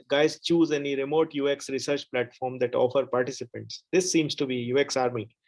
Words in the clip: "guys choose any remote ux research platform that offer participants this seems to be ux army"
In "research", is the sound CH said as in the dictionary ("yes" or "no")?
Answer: yes